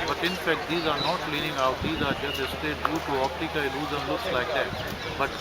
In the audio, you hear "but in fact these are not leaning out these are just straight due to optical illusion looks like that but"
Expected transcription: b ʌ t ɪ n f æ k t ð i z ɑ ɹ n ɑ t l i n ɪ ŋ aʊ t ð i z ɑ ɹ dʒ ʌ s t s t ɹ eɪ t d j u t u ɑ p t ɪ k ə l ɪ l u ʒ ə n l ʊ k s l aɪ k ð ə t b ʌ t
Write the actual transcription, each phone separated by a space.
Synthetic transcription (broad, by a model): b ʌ t ɪ n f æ k t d i z ɑ ɹ n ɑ t l i n ɪ ŋ aʊ t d i z ɑ ɹ dʒ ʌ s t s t eɪ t d j u t u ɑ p t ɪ k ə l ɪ l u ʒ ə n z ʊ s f l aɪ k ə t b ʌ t